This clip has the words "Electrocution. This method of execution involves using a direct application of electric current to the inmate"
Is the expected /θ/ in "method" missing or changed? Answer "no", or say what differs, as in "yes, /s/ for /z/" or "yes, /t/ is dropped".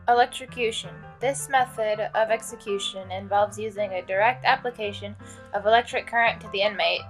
no